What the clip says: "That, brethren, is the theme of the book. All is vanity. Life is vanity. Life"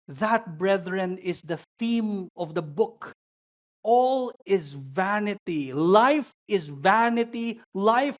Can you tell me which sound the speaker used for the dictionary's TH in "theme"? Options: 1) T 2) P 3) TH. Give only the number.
3